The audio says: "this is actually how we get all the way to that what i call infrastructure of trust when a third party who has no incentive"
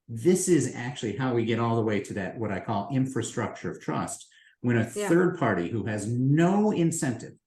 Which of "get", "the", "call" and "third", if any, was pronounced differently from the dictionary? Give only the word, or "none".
none